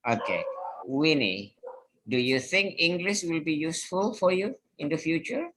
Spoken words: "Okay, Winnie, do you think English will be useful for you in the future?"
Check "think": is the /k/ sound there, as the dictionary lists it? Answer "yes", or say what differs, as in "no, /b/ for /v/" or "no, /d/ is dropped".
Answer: yes